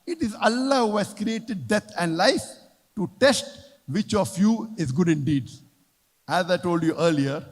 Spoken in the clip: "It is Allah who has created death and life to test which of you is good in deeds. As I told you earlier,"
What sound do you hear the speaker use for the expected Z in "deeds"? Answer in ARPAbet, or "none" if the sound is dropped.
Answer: none